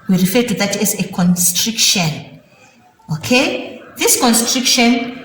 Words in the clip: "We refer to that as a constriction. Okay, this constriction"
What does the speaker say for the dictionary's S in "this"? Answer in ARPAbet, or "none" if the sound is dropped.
S